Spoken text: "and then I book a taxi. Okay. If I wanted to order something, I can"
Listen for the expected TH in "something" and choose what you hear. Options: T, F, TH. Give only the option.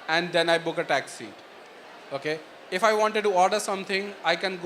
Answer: T